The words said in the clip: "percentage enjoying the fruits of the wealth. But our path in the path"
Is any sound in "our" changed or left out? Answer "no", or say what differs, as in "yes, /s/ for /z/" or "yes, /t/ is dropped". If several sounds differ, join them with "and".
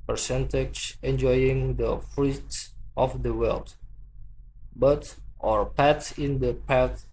no